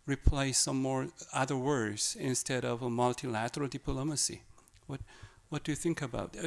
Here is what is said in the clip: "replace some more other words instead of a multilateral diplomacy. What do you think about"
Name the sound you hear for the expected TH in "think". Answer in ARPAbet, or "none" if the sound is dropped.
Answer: TH